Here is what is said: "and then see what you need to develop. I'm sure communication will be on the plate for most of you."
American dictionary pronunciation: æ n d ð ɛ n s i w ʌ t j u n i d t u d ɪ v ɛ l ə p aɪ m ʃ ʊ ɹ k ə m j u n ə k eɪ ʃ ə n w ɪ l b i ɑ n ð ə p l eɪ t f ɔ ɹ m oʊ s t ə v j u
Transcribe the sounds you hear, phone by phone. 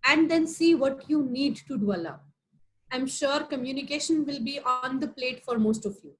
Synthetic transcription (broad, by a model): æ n d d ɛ n s i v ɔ t j u n i d t u d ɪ ɛ l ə aɪ m ʃ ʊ ɹ k ə m j u n ə k eɪ ʃ ə n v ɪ l b i ɑ n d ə p l eɪ t f ɔ ɹ m oʊ s t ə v j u